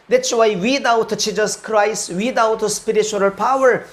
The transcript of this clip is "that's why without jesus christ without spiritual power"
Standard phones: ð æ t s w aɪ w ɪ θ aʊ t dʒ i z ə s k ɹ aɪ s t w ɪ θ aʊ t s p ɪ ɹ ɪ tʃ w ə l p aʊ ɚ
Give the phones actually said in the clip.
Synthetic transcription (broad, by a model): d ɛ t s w aɪ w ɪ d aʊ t tʃ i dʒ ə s k ɹ aɪ s t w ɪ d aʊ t s p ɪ ɹ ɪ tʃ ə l p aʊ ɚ